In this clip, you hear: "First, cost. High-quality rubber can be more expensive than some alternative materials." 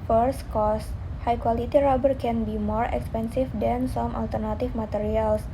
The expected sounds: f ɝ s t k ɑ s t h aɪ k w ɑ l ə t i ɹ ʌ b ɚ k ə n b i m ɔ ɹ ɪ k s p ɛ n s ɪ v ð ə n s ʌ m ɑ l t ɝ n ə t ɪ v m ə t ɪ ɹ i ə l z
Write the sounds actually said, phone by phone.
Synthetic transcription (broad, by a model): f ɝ s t k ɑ s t h aɪ k w ɑ l ə t i ɹ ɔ b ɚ k ə n b i m ɔ ɹ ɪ k s p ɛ n s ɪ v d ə n s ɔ m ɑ l t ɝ n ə t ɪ f m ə t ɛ ɹ i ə l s